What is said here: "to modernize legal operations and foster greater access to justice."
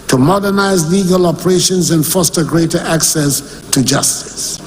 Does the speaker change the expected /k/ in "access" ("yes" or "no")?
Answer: no